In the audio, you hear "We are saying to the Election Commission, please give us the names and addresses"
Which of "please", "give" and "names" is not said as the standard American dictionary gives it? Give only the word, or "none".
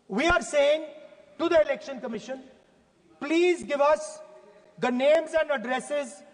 none